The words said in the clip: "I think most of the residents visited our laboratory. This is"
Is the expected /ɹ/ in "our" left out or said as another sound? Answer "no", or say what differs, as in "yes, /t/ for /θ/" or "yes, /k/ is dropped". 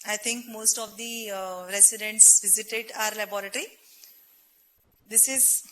no